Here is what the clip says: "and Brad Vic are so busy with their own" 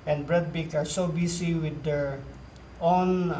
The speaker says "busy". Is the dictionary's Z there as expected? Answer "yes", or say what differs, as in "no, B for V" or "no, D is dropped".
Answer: no, S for Z